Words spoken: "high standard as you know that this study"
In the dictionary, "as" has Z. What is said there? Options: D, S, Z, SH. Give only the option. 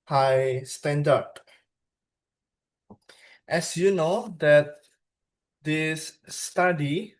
S